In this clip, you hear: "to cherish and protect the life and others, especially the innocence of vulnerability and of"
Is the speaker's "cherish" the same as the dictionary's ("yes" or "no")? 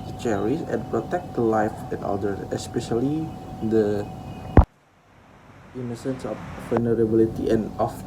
no